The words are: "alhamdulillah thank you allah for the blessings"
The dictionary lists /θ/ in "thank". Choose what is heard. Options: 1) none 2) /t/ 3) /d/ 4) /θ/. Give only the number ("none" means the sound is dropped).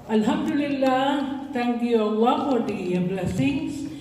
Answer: 2